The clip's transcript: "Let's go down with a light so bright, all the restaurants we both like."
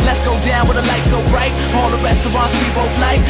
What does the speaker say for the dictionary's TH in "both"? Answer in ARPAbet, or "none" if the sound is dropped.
F